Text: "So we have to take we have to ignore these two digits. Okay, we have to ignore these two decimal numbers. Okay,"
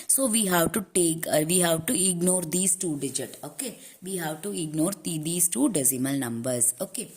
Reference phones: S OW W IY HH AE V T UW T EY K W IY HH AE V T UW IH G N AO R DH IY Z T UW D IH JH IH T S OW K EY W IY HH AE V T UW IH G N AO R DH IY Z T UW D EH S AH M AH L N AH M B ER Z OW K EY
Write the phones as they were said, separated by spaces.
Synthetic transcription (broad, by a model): S OW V IY HH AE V T UW T EY K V IY HH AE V T UW IH G N AO R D IY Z T UW D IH JH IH T OW K EY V IY HH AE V T UW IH G N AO R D IY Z T UW D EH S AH M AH L N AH M B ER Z OW K EY